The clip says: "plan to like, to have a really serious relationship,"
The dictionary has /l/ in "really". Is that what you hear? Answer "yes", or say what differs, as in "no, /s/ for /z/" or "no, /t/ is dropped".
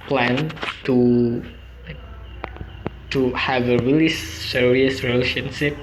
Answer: yes